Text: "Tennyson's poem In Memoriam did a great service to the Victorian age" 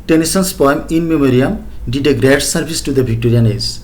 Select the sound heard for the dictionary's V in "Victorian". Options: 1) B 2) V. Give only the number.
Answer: 1